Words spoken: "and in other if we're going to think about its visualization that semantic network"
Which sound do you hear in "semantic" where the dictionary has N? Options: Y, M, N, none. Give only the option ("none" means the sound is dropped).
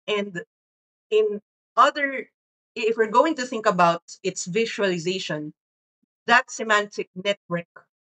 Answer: N